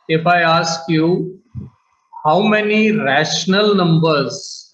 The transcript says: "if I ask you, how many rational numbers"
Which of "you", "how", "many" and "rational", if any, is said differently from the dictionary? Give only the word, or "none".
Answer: none